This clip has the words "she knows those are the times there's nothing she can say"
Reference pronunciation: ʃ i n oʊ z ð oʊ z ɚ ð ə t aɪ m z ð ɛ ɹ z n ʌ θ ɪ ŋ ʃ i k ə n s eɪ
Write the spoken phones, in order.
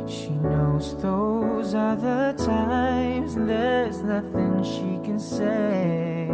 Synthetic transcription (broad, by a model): ʃ i n oʊ z ð oʊ z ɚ ð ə t aɪ m z ð ɛ ɹ z n ʌ θ ɪ ŋ ʃ i k ə n s eɪ